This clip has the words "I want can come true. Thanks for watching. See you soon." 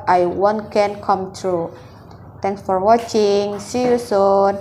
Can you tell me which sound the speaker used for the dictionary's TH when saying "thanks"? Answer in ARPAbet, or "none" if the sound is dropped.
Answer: T